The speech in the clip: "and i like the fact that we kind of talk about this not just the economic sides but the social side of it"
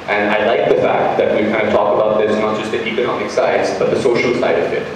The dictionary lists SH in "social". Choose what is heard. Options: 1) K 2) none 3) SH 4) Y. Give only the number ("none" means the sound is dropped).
3